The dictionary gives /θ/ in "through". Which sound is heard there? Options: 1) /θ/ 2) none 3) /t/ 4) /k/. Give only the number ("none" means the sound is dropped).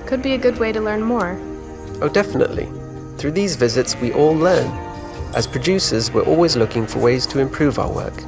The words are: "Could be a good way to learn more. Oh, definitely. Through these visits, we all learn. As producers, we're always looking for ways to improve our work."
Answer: 1